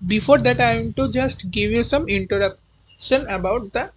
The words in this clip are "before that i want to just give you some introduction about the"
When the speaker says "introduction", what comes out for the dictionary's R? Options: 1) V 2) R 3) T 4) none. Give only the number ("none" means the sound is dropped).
4